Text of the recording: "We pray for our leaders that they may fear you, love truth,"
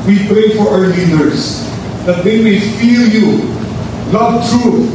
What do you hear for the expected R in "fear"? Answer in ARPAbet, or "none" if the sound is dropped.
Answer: L